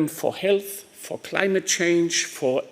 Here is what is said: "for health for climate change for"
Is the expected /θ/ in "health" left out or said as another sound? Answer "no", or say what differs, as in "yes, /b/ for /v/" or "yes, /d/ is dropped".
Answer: no